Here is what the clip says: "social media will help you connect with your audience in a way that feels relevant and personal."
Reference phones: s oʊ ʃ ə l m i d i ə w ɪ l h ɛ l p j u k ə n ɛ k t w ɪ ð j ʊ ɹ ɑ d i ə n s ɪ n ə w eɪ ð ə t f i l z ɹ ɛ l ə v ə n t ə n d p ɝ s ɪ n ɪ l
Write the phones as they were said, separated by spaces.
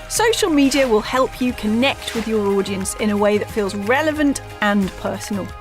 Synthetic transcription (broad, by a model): s oʊ ʃ ə l m i d i ə w ɪ l h ɛ l p j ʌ k ə n ɛ k t w ɪ ð j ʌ ɹ ɑ d i ə n s ɪ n ə w eɪ ð ə t f i l z ɹ ɛ l ə v ə n t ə n p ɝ s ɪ n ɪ l